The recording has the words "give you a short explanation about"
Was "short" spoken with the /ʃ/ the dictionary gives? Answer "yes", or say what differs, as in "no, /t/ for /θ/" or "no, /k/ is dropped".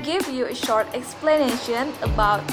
yes